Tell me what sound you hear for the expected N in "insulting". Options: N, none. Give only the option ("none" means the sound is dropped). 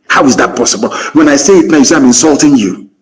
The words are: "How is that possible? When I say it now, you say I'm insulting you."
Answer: N